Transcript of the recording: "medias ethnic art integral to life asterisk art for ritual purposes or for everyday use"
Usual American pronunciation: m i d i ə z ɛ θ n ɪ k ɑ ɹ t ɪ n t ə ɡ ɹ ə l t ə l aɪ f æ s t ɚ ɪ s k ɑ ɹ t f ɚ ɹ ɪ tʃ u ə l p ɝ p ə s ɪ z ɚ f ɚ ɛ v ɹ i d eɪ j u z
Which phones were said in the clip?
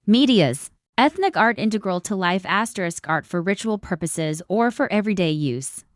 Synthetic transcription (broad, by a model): m i d i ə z ɛ θ n ɪ k ɑ ɹ t ɪ n t ə ɡ ɹ ə l t ə l aɪ f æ s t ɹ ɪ s k ɑ ɹ t f ɚ ɹ ɪ tʃ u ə l p ɝ p ə s ɪ z ɚ f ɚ ɛ v ɹ i d eɪ j u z